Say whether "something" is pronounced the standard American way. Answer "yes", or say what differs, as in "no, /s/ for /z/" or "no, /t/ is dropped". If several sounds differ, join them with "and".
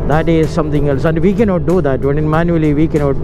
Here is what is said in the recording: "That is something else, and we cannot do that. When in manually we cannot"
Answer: no, /t/ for /θ/